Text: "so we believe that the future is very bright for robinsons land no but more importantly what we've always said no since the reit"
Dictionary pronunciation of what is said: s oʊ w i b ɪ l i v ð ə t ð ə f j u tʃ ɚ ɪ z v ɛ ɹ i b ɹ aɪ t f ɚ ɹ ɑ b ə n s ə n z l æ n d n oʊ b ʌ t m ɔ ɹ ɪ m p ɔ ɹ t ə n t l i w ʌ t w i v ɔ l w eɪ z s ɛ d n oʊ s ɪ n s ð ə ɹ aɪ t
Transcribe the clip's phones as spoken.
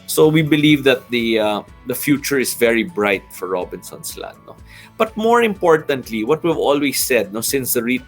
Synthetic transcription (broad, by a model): s oʊ w i b ɪ l i v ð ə t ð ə f j u tʃ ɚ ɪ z v ɛ ɹ i b ɹ aɪ t f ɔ ɹ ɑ b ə n s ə n s l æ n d n oʊ b ʌ t m ɔ ɹ ɪ m p ɔ ɹ t ə n t l i w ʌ t w i v ɔ l w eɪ s ɛ d n oʊ s ɪ n s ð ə ɹ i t